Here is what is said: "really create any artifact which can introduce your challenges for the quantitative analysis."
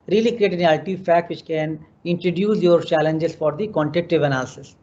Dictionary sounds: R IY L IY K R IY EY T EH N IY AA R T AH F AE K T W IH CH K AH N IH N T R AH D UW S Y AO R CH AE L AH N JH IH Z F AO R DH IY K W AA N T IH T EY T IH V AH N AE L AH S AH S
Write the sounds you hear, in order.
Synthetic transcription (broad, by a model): R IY L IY K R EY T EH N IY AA L T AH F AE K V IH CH K AH N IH N T R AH D UW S Y AO R CH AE L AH N JH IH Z F AO R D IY K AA N T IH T T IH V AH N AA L S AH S